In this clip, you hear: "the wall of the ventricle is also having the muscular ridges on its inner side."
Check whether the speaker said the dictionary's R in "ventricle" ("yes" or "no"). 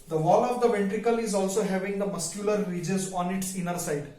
yes